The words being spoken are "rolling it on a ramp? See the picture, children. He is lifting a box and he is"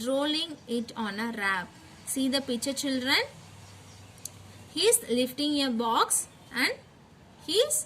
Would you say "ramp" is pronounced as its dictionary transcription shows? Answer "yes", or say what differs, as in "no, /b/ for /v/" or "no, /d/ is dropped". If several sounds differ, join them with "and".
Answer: no, /m/ is dropped